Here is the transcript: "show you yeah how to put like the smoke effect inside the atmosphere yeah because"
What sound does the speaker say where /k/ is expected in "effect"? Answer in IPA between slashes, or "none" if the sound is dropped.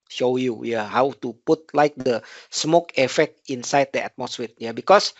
/k/